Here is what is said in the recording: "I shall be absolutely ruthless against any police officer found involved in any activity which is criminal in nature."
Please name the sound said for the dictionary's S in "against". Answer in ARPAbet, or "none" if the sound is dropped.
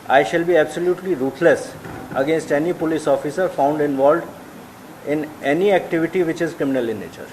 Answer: S